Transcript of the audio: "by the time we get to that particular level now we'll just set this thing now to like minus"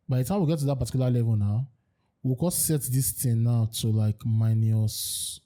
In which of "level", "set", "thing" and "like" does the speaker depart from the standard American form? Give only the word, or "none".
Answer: thing